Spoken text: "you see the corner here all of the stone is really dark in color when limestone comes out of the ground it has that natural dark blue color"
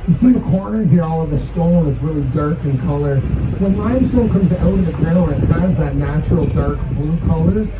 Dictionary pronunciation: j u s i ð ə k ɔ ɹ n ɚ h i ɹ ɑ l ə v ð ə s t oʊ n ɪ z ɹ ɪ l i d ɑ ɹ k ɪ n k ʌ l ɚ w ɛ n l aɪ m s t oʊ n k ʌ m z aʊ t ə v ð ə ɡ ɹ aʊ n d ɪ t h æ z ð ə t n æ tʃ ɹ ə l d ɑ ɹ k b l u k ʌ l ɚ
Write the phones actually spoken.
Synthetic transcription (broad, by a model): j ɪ s i ð ə k ɔ ɹ n ɚ h i ɹ ɑ l ə v ð ə s t oʊ l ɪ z ɹ ɪ l i d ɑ ɹ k ɪ n k ʌ l ɚ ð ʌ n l aɪ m s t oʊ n k ʌ m z aʊ t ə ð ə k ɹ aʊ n ɪ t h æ z ð ə t n æ tʃ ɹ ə l d ɑ ɹ k b l u k ʌ l ɚ